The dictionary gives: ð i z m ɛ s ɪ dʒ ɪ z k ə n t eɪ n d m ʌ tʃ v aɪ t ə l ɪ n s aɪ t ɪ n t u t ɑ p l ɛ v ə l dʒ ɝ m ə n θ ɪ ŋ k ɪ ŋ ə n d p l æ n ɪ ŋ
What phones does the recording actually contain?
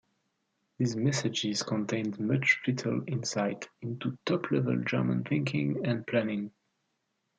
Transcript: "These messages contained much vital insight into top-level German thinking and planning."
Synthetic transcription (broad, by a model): ð i z m ɛ s ɪ dʒ ɪ z k ə n t eɪ n d m ʌ tʃ f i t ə l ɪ n s aɪ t ɪ n t u t ɑ p l ɛ v ə l dʒ ɝ m ə n θ ɪ ŋ k ɪ ŋ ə n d p l æ n ɪ ŋ